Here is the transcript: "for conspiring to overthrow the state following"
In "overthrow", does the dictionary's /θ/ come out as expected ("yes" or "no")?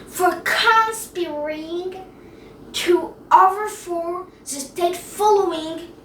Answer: no